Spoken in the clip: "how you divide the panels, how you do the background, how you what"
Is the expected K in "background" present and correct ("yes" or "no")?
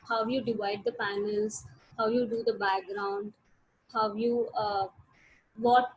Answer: yes